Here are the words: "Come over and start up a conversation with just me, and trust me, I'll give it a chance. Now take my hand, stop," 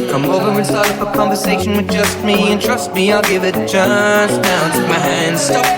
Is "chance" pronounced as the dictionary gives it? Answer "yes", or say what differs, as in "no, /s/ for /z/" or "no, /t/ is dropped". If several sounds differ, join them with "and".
no, /n/ is dropped